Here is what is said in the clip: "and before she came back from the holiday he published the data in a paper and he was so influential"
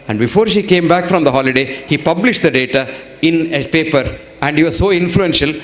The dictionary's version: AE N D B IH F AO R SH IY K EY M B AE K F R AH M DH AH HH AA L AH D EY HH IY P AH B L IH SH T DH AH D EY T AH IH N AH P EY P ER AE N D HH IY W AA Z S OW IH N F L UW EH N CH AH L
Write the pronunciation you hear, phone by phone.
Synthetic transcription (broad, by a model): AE N D B IH F AO R SH IY K EY M B AE K F R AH M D AH HH AA L AH D EY HH IY P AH B L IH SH T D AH D EY T AH IH N AH P EY P ER AE N D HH IY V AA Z S OW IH N F L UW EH N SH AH L